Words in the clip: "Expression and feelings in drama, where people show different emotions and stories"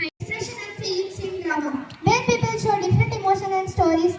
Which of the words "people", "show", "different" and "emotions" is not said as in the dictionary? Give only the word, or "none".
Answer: emotions